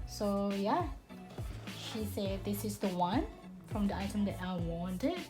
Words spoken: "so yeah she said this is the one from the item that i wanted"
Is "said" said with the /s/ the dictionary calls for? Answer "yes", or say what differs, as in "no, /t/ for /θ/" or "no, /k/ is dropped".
yes